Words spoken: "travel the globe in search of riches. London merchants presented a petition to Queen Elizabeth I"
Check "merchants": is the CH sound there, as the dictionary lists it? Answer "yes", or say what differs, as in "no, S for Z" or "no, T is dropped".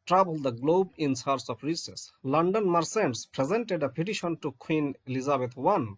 no, S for CH